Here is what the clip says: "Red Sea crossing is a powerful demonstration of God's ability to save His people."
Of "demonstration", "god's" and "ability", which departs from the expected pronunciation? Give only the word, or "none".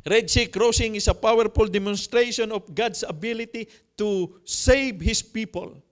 god's